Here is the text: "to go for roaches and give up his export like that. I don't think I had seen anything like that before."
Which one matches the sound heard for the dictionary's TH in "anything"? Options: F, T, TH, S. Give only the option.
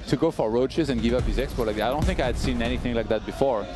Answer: TH